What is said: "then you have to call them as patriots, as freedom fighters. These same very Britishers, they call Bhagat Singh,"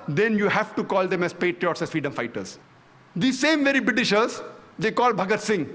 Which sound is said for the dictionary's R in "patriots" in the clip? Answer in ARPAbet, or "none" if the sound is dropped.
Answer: R